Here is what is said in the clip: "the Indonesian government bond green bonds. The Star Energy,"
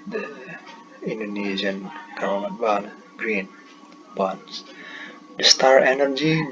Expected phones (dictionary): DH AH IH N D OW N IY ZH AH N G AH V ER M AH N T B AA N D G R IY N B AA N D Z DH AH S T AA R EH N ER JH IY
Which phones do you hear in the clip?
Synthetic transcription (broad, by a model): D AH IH N D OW N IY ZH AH N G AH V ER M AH T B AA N G R IY N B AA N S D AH S T AA R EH N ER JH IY